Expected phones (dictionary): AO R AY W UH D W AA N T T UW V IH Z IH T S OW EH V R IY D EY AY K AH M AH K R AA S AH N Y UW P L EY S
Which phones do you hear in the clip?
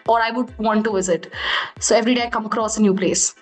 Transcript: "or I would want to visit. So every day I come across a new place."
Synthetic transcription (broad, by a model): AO R AY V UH D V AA N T T UW V IH Z IH T S OW EH V R IY D EY AY K AH M AH K R AA S AH N Y UW P L EY S